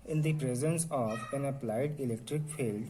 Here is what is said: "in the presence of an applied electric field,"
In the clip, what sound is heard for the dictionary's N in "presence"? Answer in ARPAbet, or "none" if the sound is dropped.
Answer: N